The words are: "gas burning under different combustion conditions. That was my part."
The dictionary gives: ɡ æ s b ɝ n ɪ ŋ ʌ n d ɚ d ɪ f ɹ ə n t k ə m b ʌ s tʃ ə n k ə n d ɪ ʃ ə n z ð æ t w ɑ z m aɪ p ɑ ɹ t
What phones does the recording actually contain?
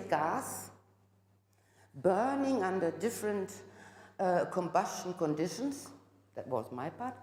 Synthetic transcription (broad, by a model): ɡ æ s b ɝ n ɪ ŋ ʌ n d ɚ d ɪ f ɹ ə n t k ə m b ʌ s tʃ ə n k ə n d ɪ ʃ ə n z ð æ t w ɑ z m aɪ p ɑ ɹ t